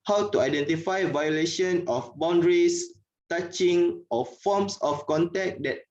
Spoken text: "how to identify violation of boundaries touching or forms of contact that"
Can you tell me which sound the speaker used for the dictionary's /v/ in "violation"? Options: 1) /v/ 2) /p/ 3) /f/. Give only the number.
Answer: 1